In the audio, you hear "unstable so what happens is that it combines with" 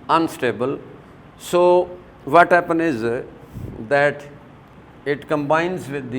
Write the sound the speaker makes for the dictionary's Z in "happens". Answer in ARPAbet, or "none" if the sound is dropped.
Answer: none